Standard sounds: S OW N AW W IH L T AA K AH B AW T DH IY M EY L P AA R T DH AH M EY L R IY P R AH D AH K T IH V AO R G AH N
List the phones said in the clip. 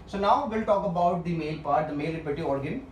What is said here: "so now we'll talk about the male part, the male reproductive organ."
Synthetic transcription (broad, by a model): S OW N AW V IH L T AA K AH B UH T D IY M EY L P AA R T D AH M EY L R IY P AH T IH AO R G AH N